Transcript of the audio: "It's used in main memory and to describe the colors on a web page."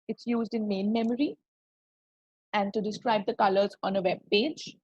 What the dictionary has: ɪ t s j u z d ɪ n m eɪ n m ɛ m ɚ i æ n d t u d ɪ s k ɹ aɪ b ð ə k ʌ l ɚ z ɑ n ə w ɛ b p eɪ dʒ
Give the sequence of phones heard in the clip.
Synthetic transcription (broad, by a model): ɪ t s j u z d ɪ n m eɪ n m ɛ m ɚ i æ n d t u d ɪ s k ɹ aɪ b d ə k ʌ l ɚ z ɑ n ə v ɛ b p eɪ dʒ